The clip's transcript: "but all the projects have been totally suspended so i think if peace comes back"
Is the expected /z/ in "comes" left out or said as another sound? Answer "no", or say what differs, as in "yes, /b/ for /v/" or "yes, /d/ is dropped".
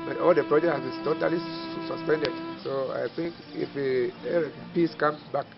yes, /z/ is dropped